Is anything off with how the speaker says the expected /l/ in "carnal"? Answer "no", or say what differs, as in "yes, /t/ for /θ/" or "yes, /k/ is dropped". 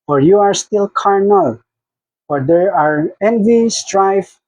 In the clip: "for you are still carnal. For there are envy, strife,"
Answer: no